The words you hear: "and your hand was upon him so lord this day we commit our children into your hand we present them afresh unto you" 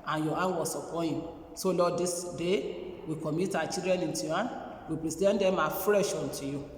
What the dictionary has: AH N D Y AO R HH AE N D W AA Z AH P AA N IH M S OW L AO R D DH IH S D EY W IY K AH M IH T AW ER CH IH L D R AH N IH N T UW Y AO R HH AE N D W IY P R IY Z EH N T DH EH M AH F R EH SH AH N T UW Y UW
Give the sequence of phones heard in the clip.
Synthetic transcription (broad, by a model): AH N Y AO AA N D W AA S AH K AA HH IH M S OW L AO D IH S D EY W IY K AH M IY T AW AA CH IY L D R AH N IH N T UW Y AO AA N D W IY P R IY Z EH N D EH M AH F R EH SH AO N T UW Y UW